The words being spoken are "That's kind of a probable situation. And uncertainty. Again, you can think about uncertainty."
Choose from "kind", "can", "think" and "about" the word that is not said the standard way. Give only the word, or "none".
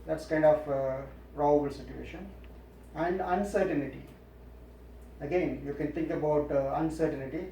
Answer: think